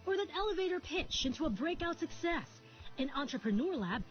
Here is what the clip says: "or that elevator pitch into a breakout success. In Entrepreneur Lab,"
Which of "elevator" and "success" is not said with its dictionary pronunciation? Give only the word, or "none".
none